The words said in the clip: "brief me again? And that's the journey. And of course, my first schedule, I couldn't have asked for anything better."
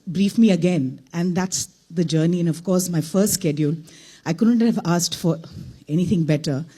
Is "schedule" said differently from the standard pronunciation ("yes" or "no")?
no